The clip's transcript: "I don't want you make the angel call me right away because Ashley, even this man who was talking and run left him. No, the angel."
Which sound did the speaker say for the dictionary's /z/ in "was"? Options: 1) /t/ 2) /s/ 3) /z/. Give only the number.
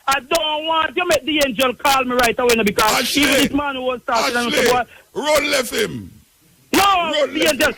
2